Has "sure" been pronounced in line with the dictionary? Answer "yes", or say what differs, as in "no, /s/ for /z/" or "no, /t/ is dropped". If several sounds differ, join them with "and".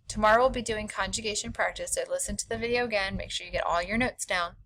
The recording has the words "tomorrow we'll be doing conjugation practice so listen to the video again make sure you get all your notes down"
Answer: yes